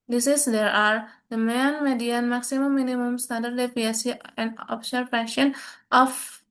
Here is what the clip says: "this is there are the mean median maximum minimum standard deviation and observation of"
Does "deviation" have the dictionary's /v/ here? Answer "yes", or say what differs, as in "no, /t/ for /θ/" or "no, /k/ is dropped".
no, /p/ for /v/